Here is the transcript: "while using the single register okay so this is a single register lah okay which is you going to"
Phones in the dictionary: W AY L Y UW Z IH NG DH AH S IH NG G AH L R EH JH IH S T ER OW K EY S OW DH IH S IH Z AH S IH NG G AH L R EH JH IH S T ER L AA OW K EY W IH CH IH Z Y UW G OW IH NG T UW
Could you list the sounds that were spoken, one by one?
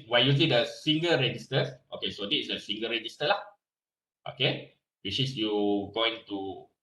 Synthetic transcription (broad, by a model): W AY Y UW S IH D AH S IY NG G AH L R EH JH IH S T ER OW K EY S OW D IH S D AH S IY NG G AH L R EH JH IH S T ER L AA OW K EY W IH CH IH S Y UW G OW IH NG T UW